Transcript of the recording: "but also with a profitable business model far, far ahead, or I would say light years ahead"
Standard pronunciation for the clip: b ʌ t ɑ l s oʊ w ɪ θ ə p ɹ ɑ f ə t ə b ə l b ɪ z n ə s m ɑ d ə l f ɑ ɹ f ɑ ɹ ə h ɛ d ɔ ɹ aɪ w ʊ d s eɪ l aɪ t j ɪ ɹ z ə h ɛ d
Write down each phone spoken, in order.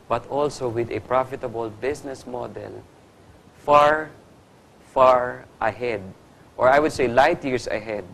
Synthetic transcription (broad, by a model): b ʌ t ɑ l s oʊ w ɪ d ə p ɹ ɑ f ə t ə b ə l b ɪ s n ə s m ɑ d ə l f ɑ ɹ f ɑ ɹ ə h ɛ d ɔ ɹ aɪ w ʊ d s eɪ l aɪ t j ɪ ɹ s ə h ɛ d